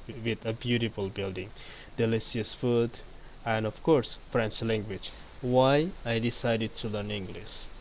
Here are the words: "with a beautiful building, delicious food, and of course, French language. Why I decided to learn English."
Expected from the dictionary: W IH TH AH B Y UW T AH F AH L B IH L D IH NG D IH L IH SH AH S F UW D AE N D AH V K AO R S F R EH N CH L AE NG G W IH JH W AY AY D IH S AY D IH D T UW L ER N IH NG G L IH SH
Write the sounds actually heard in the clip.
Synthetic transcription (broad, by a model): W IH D AH B Y UW T AH F AH L B IH L D IH NG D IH L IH S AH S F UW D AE N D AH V K AO R S F R EH N CH L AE NG G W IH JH W AY AY D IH S AY D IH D T UW L ER N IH NG G L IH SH